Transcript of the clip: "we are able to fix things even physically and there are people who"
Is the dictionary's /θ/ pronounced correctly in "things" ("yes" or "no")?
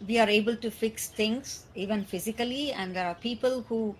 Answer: no